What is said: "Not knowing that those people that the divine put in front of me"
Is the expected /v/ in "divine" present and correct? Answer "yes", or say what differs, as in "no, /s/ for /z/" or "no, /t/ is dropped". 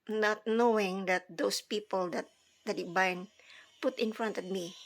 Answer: no, /b/ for /v/